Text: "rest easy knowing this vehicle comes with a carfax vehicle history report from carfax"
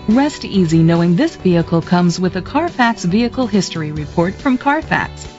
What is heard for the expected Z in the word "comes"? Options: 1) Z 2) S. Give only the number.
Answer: 1